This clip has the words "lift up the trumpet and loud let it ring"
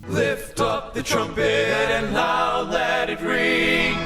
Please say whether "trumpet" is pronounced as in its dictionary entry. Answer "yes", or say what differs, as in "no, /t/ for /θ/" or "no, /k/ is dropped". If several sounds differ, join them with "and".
yes